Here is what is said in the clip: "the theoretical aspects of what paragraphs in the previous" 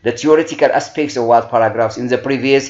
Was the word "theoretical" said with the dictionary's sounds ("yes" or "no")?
no